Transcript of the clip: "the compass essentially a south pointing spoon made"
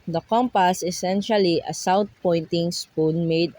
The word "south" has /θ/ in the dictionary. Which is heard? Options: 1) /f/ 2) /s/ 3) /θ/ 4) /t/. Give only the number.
4